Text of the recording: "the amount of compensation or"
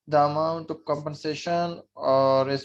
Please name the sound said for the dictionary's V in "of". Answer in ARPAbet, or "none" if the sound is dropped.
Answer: P